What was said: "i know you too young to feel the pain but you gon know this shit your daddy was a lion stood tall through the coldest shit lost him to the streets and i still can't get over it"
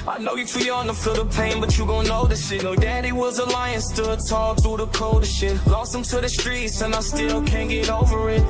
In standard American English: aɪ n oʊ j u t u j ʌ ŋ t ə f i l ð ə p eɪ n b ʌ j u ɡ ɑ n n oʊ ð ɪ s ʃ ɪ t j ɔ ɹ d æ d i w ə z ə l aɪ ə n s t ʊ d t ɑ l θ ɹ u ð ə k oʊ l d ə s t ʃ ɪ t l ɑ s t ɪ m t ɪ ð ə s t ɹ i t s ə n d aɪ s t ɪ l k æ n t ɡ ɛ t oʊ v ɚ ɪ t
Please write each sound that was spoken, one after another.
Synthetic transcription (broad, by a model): aɪ n oʊ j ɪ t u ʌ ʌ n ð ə f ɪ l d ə p eɪ n b ʌ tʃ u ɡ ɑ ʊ n oʊ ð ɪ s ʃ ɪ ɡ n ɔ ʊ d æ d i w ə z ə l aɪ ə n s t ʊ d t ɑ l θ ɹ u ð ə k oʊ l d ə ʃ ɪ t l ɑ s ɪ m t ɪ ð ə s t ɹ i t s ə n aɪ s t ɪ l k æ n ɡ ɛ t oʊ v ɚ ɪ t